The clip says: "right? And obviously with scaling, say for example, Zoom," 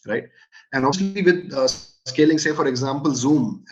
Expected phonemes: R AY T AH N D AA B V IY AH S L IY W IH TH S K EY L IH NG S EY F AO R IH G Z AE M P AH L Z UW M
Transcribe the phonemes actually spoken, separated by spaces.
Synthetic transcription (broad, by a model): R AY T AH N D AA V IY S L IY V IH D S K EY L IH NG S EY F AO R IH G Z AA M P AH L Z UW M